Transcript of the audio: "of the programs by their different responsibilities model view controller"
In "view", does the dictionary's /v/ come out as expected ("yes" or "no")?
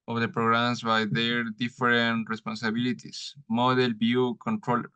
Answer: no